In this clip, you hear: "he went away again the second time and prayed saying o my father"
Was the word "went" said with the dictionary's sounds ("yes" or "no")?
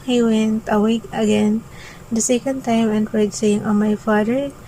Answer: yes